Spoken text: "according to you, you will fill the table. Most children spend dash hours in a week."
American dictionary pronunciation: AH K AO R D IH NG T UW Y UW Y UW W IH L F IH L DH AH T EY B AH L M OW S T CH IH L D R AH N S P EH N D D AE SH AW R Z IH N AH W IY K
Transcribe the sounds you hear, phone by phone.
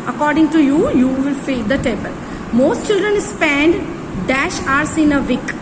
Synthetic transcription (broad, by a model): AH K AO R D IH NG T UW Y UW Y UW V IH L F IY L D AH T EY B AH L M OW S T CH IH L D R AH N S P EH N D D AE SH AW R S IH N AH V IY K